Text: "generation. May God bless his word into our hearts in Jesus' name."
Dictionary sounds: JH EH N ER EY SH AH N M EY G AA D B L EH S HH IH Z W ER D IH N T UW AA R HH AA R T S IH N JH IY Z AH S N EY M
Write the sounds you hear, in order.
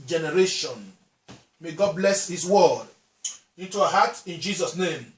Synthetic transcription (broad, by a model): JH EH N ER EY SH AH N M EY G AA D B L EH S HH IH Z W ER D IH N T UW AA HH AA T IH N JH IY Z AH S N EY M